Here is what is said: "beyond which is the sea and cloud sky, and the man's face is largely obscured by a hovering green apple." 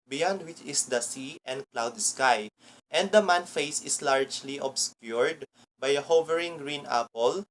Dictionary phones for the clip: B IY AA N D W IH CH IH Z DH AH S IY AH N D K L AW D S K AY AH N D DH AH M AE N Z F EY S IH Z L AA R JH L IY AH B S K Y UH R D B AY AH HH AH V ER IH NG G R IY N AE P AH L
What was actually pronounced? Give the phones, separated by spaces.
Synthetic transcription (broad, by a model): B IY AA N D W IH CH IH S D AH S IY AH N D K L AW D S K AY AH N D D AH M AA N F EY S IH S L AA R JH L IY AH B S K Y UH R D B AY AH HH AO V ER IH NG G R IY N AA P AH L